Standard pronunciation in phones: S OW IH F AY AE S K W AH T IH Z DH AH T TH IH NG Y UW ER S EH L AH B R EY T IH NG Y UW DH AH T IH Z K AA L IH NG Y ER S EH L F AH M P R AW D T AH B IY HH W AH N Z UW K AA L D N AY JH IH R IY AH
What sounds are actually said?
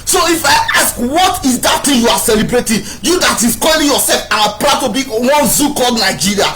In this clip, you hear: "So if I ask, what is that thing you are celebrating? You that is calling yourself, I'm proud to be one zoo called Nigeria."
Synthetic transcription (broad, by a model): S OW IH F AY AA S K W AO T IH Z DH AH T T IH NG Y UW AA S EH L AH B R EY T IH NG Y UW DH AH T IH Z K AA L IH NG Y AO S EH L F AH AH P R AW T AH B IY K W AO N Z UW K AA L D N AY JH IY R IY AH